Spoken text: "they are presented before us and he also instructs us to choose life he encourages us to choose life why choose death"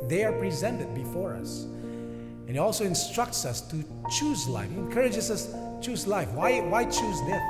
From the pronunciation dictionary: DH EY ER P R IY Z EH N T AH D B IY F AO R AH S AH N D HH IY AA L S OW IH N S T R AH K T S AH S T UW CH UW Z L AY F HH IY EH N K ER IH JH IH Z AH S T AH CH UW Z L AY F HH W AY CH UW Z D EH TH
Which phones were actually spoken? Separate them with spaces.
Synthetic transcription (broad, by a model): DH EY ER P R IY Z EH N T AH D B IY F AO R AH S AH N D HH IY AA L S OW IH N S T R AH K T S AH S T UW CH UW Z L AY F HH IY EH N K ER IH JH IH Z AH S CH UW Z L AY F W W AY CH UW Z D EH